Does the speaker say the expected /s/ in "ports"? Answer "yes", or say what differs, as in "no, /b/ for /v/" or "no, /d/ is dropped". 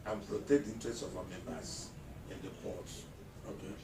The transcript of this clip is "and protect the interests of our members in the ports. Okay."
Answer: no, /s/ is dropped